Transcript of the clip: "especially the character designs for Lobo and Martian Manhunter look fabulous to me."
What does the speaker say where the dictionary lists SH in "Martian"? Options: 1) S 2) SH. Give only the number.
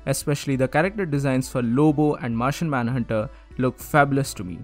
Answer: 2